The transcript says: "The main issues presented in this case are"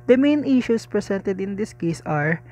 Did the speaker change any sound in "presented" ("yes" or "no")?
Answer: yes